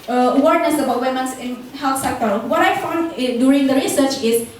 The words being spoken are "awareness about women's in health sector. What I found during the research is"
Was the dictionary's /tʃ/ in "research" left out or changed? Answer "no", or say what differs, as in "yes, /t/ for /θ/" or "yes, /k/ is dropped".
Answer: no